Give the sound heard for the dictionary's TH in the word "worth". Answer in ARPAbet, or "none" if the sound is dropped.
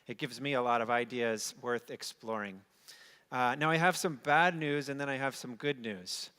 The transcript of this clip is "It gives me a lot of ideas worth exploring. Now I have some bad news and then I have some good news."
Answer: TH